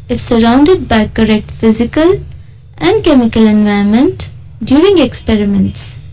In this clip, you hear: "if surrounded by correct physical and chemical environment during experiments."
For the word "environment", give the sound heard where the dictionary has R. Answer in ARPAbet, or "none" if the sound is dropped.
none